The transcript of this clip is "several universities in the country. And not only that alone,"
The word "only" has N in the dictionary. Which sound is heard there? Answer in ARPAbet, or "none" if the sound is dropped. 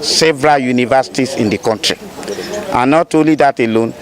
none